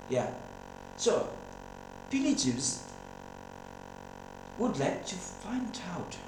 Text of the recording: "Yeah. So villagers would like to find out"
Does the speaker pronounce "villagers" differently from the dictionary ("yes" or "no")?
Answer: yes